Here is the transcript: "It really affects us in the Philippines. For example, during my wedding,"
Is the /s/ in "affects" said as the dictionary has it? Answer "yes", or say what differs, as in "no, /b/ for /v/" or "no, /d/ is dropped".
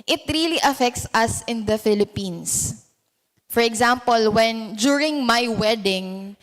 yes